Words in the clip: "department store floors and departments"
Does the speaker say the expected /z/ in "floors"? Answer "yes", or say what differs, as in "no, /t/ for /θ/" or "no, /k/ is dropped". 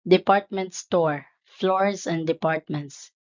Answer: no, /s/ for /z/